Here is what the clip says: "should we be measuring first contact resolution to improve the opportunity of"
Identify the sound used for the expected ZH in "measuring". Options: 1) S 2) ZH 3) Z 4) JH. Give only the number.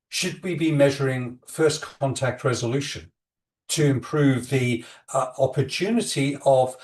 2